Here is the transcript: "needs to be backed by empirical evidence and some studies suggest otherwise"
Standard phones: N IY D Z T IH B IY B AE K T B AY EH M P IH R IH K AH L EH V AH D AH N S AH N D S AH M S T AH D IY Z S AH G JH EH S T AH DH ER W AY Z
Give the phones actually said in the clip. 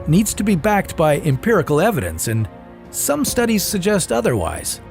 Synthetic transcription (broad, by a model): N IY D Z T IH B IY B AE K T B AY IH M P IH R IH K L EH V AH D AH N S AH N S AH M S T AH D IY Z S AH G JH EH S T AH DH ER W AY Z